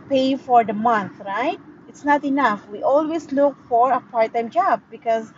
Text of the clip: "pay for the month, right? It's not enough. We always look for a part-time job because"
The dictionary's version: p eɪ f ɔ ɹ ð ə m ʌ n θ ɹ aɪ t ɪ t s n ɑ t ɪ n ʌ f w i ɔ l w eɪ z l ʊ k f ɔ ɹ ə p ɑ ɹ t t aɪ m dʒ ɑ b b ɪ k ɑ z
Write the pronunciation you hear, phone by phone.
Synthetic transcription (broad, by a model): p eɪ f ɔ ɹ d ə m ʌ n t ɹ aɪ t ɪ t s n ɑ t ɪ n ʌ f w i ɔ l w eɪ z l ʊ k f ɔ ɹ ə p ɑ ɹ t t aɪ m dʒ ɑ b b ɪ k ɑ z